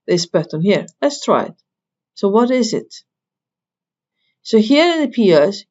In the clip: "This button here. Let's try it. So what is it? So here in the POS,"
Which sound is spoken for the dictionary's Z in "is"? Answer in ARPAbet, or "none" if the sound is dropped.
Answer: Z